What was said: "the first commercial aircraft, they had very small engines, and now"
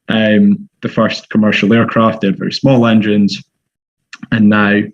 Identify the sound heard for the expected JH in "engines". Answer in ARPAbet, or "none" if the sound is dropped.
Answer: JH